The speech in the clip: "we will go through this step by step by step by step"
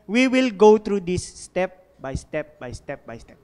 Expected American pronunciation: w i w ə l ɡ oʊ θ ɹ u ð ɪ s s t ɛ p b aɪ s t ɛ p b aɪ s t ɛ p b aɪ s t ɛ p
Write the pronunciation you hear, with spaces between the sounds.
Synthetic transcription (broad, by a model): w i w ə l ɡ oʊ t ɹ u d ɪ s s t ɛ p b aɪ s t ɛ p b aɪ s t ɛ p b aɪ s t ɛ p